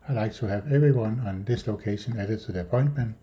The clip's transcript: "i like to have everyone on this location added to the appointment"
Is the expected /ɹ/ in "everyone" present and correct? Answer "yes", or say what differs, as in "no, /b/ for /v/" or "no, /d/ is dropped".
yes